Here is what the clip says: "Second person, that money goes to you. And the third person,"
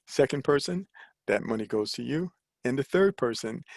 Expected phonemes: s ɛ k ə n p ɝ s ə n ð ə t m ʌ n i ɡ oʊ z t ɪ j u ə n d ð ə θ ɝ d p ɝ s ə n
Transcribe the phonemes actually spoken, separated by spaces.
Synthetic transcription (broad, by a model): s ɛ k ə n p ɝ s ə n ð ə t m ʌ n i ɡ oʊ z t ɪ j u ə n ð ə θ ɝ d p ɝ s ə n